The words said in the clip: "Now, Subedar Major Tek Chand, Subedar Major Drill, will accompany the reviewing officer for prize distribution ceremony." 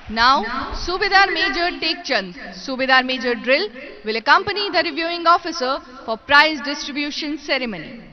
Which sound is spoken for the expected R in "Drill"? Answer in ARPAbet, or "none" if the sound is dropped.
R